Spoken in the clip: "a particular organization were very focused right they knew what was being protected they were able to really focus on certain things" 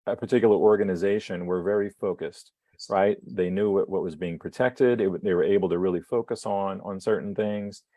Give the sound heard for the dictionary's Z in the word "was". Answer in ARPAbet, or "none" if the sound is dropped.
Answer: Z